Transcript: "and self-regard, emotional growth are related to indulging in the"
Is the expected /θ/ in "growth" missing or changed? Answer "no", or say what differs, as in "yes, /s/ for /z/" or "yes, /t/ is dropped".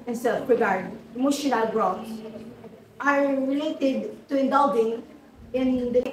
yes, /s/ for /θ/